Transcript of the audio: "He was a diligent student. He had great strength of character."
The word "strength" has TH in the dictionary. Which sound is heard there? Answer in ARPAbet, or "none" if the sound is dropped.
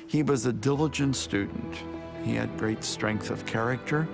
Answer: TH